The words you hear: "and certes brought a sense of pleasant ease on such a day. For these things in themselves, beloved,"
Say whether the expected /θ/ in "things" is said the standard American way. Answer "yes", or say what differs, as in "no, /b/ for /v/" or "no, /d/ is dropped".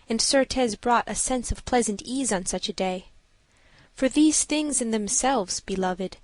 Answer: yes